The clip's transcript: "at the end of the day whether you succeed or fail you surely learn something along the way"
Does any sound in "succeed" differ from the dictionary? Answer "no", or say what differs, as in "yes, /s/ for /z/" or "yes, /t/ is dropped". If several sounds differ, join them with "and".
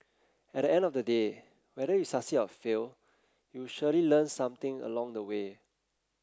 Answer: yes, /k/ is dropped and /d/ is dropped